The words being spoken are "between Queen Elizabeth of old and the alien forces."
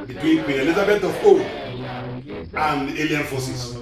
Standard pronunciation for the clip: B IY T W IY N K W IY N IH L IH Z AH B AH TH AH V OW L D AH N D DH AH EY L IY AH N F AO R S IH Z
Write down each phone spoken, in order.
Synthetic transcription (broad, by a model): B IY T W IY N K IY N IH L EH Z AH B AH T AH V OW D AH N D EY L IY AH N F AO S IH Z